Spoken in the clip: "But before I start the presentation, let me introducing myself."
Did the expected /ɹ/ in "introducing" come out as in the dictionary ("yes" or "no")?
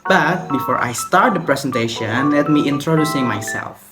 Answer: yes